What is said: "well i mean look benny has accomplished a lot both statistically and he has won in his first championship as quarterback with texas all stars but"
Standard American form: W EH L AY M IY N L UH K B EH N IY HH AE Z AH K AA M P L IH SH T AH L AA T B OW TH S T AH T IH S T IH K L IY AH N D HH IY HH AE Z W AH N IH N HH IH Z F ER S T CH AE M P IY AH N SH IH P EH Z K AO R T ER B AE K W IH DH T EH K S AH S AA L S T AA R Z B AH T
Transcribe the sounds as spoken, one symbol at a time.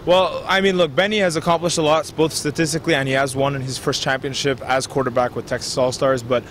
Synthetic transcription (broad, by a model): W EH L AY M IY N L UH K B EH N IY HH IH Z AH K AA M P L IH SH T AH L AA T B OW TH S T AH T IH S T IH K L IY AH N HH IY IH Z W AH N IH N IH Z F ER S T CH AE M P IY AH N SH IH P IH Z K AO R T ER B AE K W IH DH T EH K S AH S AA L S T AA R Z B AH T